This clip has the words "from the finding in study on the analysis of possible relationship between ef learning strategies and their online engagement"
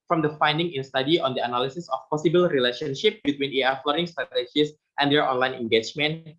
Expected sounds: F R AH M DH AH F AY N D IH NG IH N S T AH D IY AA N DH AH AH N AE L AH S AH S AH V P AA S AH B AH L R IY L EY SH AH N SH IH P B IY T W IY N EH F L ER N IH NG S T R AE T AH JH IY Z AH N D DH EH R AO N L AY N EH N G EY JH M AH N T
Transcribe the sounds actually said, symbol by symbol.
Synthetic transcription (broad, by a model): F R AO M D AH F AY N D IH NG IH N S T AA D IY AA N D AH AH N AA L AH S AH S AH F P AA S AH B AH L R IY L EY SH AH N SH IH P B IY T W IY N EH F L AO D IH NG S T R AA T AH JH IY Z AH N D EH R AO N L AY N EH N G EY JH M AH N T